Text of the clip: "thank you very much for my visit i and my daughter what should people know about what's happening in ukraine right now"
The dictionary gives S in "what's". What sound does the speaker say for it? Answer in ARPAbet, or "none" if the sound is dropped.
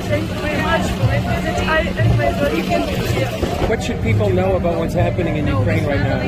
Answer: S